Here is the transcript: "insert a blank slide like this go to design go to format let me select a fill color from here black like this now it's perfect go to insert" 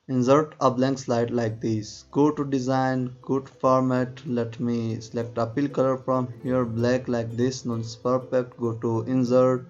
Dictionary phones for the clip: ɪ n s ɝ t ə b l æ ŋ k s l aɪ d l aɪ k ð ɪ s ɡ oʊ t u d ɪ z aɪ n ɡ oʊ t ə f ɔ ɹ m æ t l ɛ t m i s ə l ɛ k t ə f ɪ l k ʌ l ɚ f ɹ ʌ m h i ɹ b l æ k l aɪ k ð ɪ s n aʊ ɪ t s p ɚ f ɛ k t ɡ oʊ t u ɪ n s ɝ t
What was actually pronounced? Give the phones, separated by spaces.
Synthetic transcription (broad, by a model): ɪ n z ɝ t ə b l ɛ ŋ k s l aɪ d l aɪ k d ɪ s ɡ oʊ t u d ɪ z aɪ n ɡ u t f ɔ ɹ m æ t l ɛ t m i s ə l ɛ k t ə p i l k ʌ l ɚ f ɹ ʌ m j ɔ ɹ b l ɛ k l aɪ k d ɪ s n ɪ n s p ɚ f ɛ k t ɡ oʊ t u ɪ n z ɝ t